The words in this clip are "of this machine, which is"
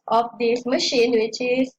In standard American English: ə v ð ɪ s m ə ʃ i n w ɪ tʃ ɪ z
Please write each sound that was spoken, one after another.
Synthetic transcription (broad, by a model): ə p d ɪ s m ə ʃ i n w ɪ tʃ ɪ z